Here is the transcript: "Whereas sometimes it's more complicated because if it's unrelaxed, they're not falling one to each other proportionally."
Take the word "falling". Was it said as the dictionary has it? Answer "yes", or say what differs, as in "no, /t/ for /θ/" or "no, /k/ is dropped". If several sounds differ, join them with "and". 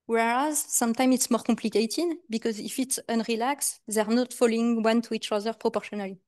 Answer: yes